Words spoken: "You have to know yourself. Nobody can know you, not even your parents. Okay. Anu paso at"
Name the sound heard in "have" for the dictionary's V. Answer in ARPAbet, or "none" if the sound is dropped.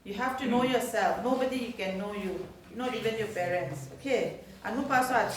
F